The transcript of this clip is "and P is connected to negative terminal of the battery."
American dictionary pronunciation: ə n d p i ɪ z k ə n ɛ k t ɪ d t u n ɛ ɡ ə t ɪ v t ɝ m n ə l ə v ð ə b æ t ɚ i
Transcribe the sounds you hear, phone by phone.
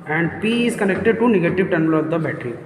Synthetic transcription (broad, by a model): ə n d p i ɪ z k ə n ɛ k t ɪ d t u n ɛ ɡ ə t ɪ v t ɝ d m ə l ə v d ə b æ t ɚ i